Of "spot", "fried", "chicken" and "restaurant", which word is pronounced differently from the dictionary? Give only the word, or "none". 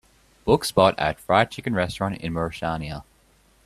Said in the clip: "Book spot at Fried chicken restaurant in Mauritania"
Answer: spot